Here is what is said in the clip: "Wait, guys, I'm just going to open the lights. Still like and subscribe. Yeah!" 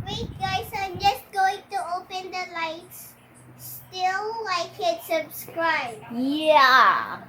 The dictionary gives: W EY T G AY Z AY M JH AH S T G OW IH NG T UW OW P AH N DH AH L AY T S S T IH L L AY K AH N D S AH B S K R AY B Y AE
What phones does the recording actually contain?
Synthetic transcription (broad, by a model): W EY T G AY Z AY M JH AH S T G OW IH NG T UW OW P AH N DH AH L AY T S S T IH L L AY K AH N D S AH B S K R AY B Y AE